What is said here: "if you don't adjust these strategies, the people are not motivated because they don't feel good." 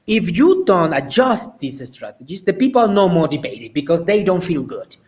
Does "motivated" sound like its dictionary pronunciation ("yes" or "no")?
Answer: no